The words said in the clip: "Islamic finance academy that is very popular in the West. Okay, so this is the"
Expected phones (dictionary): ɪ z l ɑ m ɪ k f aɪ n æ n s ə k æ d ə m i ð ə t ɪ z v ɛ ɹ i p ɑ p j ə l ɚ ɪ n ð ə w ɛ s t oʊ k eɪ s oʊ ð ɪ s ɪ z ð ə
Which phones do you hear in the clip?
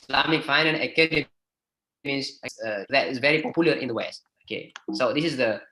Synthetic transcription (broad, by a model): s l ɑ m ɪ k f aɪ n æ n ə k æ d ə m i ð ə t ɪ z v ɛ ɹ i p ɑ p j ə l ɚ ɪ n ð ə w ɛ s t oʊ k eɪ s oʊ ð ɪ s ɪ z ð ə